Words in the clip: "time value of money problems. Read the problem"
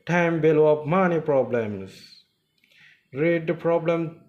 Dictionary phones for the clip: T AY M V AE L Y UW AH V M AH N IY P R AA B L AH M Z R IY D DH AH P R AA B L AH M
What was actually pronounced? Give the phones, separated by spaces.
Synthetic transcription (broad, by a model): T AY M B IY L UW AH P M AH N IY P R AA B L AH M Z R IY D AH P R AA B L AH M